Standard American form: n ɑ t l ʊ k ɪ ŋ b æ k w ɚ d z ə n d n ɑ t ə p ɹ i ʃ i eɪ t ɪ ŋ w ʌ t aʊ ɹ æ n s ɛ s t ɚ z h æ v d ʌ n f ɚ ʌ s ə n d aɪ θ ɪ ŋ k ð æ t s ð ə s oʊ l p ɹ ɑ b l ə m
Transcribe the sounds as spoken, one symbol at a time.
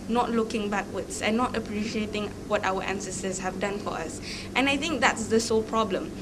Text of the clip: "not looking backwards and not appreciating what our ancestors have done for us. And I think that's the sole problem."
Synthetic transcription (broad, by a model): n ɑ t l ʊ k ɪ ŋ b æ k w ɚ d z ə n n ɑ t ə p ɹ i ʃ i eɪ t ɪ ŋ w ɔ t aʊ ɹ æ n s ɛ s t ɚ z h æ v d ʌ n f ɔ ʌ s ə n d aɪ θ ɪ ŋ k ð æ t s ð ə s oʊ l p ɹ ɑ b l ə m